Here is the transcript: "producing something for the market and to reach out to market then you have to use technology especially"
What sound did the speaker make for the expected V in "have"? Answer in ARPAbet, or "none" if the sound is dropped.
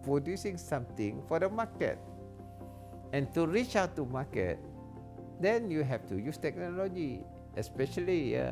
F